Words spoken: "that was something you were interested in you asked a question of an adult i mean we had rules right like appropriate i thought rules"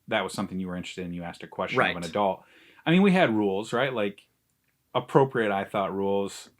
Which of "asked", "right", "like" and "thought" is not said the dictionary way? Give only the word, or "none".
none